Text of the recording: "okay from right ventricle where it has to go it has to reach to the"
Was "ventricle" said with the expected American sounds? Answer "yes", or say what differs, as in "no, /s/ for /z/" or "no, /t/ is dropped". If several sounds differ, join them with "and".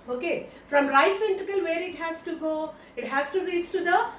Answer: no, /ɹ/ is dropped